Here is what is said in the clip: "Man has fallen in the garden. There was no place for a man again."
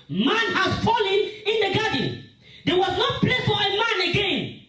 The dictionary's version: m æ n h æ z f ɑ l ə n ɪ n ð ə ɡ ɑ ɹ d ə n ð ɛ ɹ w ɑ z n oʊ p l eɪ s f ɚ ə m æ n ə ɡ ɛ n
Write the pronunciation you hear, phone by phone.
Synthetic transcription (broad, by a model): m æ n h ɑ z f ɑ l ə n ɪ n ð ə ɡ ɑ d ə n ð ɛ w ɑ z n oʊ p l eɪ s f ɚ ə m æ n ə ɡ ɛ n